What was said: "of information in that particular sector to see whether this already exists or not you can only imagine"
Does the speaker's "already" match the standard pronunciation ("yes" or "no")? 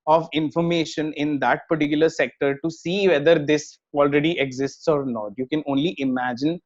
yes